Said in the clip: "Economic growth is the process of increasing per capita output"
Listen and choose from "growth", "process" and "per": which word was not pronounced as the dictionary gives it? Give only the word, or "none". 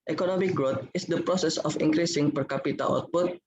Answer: growth